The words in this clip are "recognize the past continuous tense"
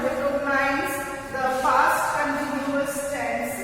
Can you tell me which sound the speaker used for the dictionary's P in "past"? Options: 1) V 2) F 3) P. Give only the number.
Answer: 2